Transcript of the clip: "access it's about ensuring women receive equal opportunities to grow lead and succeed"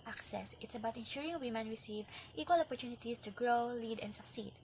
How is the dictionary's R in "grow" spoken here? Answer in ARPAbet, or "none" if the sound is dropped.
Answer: R